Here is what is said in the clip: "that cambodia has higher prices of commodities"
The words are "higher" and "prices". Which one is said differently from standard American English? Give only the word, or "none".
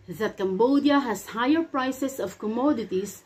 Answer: prices